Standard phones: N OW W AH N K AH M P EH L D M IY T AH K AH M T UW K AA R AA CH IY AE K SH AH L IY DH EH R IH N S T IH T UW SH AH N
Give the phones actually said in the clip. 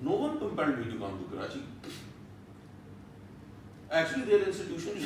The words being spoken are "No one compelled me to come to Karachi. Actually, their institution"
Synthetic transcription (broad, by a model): N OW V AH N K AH M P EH N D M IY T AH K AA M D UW K AA R AA CH IY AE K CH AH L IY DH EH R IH N S T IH T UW SH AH N